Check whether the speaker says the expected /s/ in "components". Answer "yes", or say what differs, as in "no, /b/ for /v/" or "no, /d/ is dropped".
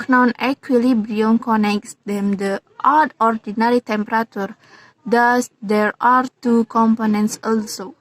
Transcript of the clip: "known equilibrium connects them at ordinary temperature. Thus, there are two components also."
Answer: yes